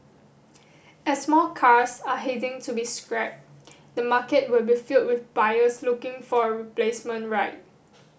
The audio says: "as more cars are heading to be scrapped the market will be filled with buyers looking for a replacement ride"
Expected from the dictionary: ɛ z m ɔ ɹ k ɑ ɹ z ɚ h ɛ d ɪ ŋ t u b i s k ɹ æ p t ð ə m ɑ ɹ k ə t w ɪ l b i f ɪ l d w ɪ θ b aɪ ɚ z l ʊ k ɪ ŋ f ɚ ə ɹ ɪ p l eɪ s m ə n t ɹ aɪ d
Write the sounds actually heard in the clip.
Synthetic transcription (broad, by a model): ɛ s m ɔ l k ɑ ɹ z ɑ h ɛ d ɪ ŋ t u b i s k ɹ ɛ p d ə m ɑ k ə t w ɪ l b i f ɪ l d w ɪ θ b aɪ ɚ s l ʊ k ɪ ŋ f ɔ ə ɹ ɪ p l eɪ s m ə n t ɹ aɪ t